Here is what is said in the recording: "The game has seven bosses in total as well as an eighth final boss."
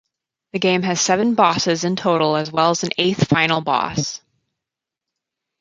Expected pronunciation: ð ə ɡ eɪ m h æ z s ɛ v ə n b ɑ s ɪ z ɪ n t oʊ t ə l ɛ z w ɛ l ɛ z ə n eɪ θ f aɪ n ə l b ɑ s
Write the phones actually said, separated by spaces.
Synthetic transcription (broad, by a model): ð ə ɡ eɪ m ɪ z s ɛ v ə n b ɑ s ɪ z ɪ n t oʊ t l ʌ z w ɛ l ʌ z n eɪ θ f aɪ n l b ɑ s